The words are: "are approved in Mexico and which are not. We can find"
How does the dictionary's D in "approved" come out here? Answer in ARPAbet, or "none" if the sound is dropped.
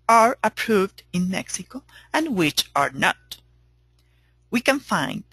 D